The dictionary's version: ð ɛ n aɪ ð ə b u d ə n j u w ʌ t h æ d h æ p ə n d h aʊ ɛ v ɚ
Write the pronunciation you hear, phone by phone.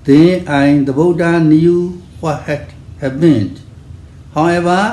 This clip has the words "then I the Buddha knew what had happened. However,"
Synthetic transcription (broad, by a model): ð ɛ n aɪ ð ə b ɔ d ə n j u w ʌ t h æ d h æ b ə n h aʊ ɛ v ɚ